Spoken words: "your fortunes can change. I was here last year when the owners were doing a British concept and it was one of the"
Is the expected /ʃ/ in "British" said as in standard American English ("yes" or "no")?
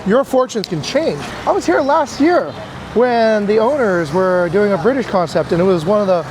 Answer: yes